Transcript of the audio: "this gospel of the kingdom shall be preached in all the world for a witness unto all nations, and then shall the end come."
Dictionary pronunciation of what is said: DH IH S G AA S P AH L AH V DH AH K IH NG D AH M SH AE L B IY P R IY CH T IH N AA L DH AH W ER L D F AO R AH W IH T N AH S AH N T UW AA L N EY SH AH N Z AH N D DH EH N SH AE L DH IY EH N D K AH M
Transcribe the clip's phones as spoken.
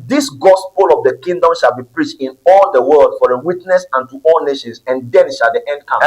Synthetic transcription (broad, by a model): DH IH S G AA S P AH L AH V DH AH K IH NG D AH M SH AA L B IY P R IY CH T IH N AA L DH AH W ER L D F AO R AH W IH T N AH S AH N T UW AA L N EY SH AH N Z AH N D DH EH N SH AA L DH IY EH N D K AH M